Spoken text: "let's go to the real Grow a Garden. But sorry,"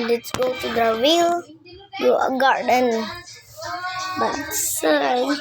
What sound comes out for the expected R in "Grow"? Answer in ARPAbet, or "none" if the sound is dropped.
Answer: none